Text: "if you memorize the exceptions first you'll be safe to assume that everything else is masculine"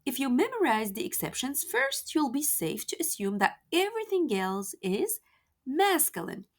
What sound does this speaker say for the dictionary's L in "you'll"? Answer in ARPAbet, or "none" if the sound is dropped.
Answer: L